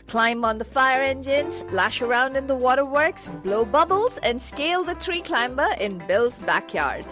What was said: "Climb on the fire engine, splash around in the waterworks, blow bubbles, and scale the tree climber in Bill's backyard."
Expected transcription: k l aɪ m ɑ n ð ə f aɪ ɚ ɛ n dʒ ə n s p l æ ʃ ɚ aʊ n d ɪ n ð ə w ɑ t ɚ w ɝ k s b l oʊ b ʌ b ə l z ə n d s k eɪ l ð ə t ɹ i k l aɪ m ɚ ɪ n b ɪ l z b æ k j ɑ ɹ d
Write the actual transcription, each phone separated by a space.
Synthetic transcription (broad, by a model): k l aɪ m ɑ n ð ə f aɪ ɚ ɛ n dʒ ə n s p l æ ʃ ɚ aʊ n d ɪ n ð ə w ɑ t ɚ w ɝ k s b l oʊ b ʌ b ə l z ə n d s k eɪ l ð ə t ɹ i k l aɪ m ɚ ɪ n b ɪ l z b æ k j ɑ ɹ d